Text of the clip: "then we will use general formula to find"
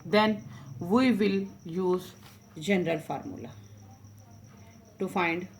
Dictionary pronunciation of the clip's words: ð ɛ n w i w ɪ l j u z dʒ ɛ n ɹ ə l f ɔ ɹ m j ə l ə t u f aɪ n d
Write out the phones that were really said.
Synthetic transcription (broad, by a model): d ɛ n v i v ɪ l j u z dʒ ɛ n ɹ ə l f ɔ ɹ m j ə l ə t u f aɪ n d